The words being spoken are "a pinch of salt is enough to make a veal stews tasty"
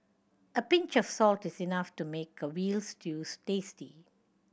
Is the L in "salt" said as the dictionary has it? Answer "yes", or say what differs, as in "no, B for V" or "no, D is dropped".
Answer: yes